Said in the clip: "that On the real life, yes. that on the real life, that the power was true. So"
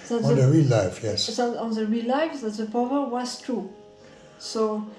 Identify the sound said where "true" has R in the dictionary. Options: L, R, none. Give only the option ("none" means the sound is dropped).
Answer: R